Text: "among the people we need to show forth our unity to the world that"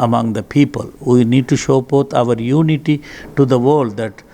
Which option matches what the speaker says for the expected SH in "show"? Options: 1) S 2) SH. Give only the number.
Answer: 2